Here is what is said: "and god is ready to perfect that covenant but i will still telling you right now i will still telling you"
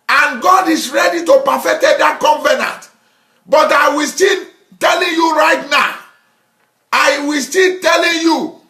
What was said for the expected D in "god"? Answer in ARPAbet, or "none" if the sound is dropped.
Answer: D